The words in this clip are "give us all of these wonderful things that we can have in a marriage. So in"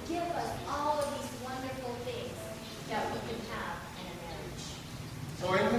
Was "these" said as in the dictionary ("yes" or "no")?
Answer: yes